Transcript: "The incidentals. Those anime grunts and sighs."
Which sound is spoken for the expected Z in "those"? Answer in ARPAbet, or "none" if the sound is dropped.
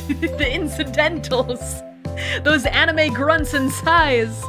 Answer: Z